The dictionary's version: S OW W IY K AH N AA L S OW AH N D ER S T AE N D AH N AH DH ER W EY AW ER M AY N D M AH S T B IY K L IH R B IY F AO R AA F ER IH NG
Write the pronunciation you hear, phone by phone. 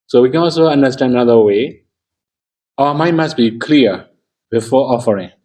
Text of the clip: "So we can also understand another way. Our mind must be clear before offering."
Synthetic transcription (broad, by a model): S OW W IY K AH N AA L S OW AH N D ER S T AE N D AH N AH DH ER W EY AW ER M AY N M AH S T B IY K L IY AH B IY F AO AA F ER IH NG